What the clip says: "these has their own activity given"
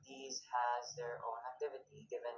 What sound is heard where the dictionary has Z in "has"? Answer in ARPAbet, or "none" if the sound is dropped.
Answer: Z